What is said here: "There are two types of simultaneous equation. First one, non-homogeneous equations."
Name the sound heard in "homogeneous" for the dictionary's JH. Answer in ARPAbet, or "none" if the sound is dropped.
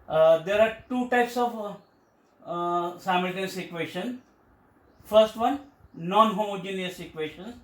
JH